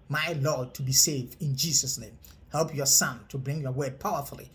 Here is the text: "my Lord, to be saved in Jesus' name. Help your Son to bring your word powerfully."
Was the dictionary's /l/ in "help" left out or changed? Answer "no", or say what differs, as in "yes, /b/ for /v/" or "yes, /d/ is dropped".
no